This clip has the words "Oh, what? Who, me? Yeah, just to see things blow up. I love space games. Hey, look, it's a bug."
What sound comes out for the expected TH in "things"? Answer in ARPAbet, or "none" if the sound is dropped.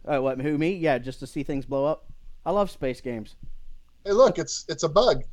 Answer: TH